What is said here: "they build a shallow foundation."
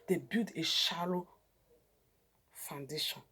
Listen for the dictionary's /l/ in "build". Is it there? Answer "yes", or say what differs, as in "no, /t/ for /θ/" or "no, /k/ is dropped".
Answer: no, /l/ is dropped